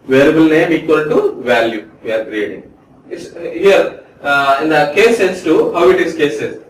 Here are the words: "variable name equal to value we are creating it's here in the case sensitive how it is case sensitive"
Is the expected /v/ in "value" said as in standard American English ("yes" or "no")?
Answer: yes